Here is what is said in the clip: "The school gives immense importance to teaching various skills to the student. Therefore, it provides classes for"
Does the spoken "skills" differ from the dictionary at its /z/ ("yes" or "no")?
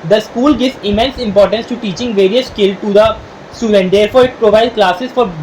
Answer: yes